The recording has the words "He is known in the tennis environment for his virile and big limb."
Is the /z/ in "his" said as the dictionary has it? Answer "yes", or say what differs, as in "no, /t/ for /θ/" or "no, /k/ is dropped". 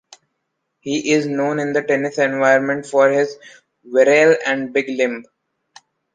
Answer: yes